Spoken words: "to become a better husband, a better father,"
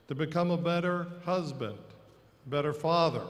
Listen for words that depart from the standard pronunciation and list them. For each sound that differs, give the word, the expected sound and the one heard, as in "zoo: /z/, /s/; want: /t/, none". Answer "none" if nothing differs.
none